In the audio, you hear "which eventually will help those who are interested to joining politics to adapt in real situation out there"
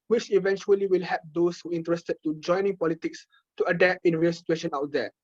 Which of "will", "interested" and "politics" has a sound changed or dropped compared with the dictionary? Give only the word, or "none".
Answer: none